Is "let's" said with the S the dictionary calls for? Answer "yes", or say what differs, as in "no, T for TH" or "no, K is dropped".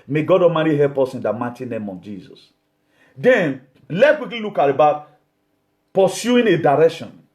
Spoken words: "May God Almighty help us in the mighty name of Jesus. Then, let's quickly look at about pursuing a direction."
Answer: no, S is dropped